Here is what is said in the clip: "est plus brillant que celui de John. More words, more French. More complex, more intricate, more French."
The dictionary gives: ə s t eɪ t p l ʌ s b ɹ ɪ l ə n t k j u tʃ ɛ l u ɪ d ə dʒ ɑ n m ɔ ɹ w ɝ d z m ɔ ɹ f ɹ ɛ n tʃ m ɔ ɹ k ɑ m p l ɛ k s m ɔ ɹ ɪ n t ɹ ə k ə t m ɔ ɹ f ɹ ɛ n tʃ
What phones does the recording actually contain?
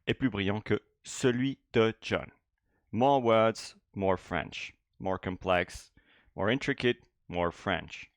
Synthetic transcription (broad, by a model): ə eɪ p l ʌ b ɹ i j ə k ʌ s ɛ l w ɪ d ə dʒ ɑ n m ɔ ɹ w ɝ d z m ɔ ɹ f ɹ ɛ n ʃ m ɔ ɹ k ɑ p l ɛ k s m ɔ ɹ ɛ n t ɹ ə k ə t m ɔ ɹ f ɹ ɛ n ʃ